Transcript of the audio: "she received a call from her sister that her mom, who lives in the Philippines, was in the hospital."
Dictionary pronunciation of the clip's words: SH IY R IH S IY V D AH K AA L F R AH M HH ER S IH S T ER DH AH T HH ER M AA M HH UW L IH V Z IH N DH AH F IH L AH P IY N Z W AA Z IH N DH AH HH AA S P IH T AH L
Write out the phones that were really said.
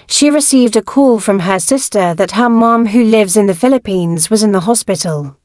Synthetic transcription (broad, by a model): SH IY R IH S IY V D AH K AA L F R AH M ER S IH S T ER DH AH T HH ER M AA M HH UW L IH V Z IH N DH AH F IH L AH P IY N Z W AA Z IH N DH AH HH AA S P IH T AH L